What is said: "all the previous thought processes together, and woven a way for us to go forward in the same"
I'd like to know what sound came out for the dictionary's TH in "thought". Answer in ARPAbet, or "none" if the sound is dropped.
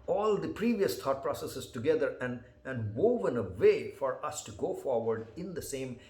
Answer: T